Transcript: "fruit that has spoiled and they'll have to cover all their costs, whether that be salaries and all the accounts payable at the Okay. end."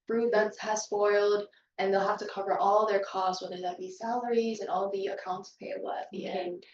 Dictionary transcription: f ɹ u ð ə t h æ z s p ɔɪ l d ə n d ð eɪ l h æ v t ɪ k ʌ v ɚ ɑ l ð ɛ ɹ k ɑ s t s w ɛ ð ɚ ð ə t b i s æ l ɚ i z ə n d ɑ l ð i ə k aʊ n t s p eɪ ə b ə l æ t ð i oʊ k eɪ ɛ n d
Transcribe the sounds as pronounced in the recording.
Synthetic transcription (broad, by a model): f ɹ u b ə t h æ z s p ɔɪ l d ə n ð eɪ l h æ f t ɪ k ʌ v ɚ ɑ l ð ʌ ɹ k ɑ s t s w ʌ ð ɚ ð ə t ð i s æ l ɚ i z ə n ɑ l ð i ə k aʊ n t s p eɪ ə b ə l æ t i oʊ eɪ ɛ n